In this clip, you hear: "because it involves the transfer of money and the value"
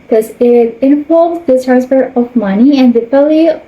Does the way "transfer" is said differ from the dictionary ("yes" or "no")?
yes